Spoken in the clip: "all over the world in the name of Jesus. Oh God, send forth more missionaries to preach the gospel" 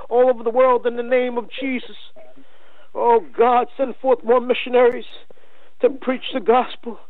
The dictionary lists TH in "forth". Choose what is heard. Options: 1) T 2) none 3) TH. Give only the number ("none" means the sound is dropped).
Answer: 3